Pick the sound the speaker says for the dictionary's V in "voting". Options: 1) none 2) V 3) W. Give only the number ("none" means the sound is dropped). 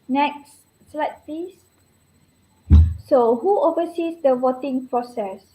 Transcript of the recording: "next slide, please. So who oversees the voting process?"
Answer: 3